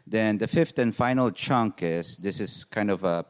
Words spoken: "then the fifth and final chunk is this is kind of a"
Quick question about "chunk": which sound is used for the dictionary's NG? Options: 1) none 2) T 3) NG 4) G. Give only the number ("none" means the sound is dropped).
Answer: 3